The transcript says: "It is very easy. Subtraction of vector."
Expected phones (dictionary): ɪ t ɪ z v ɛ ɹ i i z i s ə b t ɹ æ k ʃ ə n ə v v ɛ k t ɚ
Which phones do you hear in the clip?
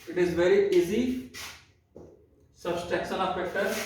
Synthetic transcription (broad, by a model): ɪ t ɪ z v ɛ ɹ i i z i s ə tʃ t ɛ k s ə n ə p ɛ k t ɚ